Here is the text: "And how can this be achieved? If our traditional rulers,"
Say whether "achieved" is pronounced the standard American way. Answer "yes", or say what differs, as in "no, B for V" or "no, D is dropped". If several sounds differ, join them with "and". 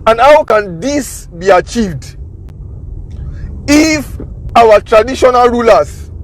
yes